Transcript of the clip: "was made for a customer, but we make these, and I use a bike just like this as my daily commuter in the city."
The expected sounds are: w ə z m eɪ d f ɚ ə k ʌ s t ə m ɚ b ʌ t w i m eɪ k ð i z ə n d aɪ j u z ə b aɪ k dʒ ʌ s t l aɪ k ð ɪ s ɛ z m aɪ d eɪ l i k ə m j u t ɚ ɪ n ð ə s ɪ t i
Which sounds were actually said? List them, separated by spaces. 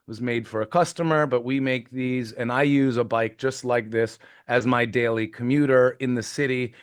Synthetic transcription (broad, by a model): w ə z m eɪ d f ɚ ə k ʌ s t ə m ɚ b ʌ t w i m eɪ k ð i z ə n aɪ j u z ə b aɪ k dʒ ʌ s t l aɪ k ð ɪ s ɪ z m aɪ d eɪ l i k ə m j u t ɚ ɪ n ð ə s ɪ t i